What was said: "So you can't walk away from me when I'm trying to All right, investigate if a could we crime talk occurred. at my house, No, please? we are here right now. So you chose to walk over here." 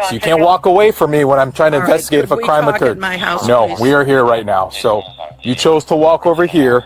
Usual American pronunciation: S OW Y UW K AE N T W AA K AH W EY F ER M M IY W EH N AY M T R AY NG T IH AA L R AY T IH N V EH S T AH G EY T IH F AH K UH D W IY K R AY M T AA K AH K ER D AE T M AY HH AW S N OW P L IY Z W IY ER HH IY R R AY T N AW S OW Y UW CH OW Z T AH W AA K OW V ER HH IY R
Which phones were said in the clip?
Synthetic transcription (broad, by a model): S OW Y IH K AE N T W AA K AH W EY F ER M M IY W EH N AY M T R AY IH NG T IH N V EH S T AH G EY T IH F AH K K R AY M AH K ER D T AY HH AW N OW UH W IY ER HH IY R R AY T N AW S OW Y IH CH OW Z T AH W AA K OW V ER HH IY R